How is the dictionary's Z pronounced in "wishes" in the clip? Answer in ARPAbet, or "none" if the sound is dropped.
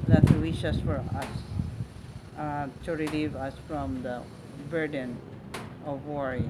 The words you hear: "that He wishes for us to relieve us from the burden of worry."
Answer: S